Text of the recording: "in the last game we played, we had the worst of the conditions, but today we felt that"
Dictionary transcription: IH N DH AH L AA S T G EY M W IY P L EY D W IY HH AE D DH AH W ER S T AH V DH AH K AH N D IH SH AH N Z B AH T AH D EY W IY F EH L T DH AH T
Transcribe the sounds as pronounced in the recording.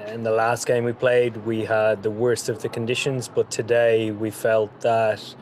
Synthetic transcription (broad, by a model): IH N DH AH L AA S T G EY M W IY P L EY D W IY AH D DH AH W ER S T AH V DH AH K AH N D IH SH AH N Z B AH T AH D EY W IY F EH L T DH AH T